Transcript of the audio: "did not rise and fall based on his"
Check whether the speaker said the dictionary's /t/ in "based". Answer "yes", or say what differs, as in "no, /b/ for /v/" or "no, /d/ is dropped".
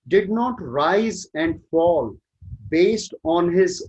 yes